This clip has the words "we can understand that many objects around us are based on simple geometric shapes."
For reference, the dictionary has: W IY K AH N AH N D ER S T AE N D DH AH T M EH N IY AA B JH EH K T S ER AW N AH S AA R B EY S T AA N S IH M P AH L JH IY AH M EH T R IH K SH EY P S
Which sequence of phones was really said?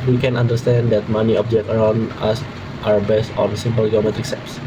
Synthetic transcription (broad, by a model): W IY K AH N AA N D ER S T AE N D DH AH T M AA N IY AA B JH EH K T ER AW N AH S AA W B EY S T AA N S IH M P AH L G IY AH M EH T R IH K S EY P S